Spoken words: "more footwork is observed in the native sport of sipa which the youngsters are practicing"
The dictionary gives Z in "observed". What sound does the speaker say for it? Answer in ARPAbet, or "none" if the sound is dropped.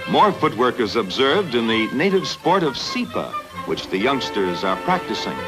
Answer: Z